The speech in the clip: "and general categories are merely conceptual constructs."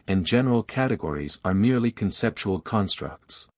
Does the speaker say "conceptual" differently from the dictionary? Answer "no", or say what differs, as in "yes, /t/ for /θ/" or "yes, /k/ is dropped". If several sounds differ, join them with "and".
no